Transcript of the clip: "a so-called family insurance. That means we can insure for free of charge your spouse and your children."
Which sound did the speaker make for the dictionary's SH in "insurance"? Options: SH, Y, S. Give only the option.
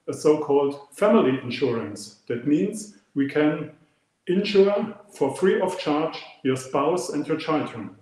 SH